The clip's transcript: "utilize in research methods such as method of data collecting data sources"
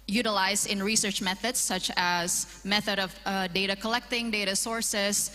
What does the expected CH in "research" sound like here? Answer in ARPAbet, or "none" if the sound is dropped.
CH